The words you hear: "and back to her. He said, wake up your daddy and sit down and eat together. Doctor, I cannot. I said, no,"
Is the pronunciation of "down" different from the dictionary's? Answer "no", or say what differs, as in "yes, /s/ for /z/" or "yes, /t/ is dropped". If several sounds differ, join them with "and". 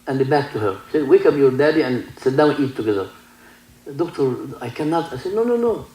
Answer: yes, /n/ is dropped